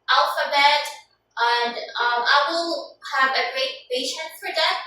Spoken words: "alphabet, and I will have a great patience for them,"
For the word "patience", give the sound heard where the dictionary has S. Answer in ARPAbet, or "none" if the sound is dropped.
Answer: none